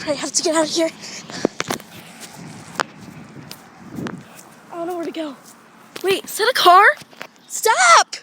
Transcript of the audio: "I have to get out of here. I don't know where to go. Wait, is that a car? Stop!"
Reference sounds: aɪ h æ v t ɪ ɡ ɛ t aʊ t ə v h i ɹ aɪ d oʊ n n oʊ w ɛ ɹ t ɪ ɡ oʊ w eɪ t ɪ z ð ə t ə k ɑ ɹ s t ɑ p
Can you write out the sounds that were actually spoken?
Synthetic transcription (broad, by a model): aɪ h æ f t ɪ ɡ ɛ t aʊ t h i ɹ aɪ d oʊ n n oʊ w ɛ ɹ t ɪ ɡ oʊ w eɪ ɪ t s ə t ə k ɑ ɹ s t ɑ p